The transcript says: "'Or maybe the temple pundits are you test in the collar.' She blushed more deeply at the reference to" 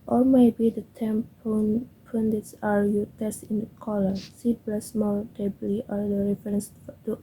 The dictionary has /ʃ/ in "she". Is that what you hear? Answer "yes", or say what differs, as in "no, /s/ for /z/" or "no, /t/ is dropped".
no, /s/ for /ʃ/